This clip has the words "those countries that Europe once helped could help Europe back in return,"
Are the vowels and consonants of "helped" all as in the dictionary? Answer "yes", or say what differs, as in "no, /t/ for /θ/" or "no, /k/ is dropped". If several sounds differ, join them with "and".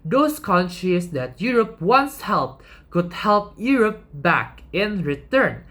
yes